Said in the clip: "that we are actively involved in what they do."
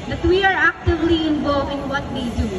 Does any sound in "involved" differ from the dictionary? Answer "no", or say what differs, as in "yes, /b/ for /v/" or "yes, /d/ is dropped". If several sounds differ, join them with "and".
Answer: yes, /d/ is dropped